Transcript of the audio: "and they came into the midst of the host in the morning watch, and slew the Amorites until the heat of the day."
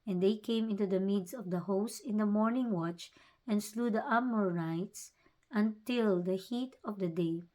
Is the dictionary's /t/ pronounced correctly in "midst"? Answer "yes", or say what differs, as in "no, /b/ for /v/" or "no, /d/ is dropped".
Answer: no, /t/ is dropped